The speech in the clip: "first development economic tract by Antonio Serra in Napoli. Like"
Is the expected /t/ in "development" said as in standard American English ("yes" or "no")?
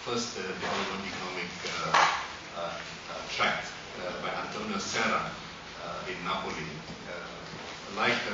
no